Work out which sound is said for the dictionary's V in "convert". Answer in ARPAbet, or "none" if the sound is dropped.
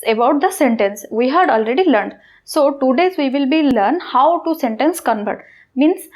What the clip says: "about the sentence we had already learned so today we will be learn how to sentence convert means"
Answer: B